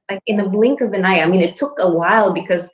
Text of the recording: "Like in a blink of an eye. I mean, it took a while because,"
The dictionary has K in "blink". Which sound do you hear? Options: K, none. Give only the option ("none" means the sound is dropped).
K